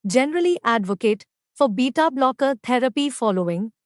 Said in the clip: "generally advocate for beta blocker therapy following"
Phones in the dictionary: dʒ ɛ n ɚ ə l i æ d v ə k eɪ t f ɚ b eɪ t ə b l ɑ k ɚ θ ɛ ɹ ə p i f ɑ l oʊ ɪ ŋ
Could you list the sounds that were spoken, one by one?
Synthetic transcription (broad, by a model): dʒ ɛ n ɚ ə l i æ d v ə k eɪ t f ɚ b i t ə b l ɑ k ɚ t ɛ ɹ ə p i f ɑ l oʊ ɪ ŋ